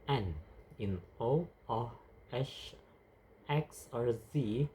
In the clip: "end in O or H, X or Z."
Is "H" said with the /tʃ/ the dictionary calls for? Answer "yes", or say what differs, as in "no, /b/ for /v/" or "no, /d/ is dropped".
no, /ʃ/ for /tʃ/